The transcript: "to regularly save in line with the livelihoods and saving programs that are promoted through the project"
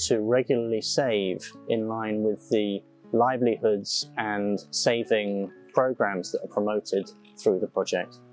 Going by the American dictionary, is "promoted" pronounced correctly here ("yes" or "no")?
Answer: yes